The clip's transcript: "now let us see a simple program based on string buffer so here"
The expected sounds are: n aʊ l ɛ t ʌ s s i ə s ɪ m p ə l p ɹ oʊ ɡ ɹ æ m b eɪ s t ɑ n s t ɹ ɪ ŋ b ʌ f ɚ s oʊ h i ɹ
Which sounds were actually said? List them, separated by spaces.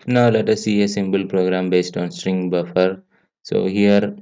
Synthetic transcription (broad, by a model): n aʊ l ɛ t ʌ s s i ə s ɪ m b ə l p ɹ oʊ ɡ ɹ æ m b eɪ s t ɑ n s t ɹ ɪ ŋ b ʌ f ɚ s oʊ h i ɹ